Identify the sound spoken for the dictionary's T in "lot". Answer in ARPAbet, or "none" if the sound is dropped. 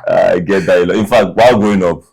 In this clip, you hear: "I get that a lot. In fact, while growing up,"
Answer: none